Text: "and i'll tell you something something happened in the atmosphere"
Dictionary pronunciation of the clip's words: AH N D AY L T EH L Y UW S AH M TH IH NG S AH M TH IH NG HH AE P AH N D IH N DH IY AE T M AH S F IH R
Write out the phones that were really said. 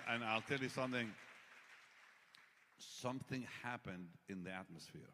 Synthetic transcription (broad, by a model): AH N AY L T EH L Y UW S AH M TH IH NG S AH M TH IH NG HH AE P AH N D IH N DH IY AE T M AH S F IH R